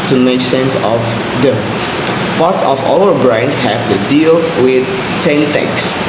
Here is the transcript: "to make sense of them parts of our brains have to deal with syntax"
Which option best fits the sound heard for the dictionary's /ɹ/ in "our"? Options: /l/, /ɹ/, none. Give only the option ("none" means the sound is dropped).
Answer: /l/